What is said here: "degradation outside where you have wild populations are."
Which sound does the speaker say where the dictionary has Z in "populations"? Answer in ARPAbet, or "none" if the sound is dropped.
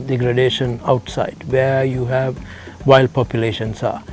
S